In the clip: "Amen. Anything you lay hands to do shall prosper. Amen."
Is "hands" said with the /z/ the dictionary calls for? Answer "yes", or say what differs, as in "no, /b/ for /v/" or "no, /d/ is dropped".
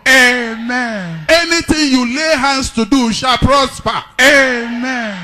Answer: no, /s/ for /z/